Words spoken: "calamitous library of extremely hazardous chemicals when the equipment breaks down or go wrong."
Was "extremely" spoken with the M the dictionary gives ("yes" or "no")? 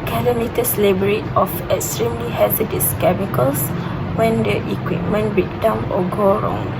yes